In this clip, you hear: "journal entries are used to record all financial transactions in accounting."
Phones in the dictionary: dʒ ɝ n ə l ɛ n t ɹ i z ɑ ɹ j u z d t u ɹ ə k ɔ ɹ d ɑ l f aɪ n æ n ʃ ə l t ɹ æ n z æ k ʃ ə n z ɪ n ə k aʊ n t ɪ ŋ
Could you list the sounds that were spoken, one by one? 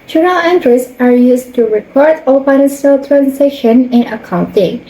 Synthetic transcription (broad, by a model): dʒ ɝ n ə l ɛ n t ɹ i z ɑ ɹ j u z t u ɹ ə k ɔ ɹ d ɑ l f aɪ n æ n s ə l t ɹ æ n s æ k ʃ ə n ɪ n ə k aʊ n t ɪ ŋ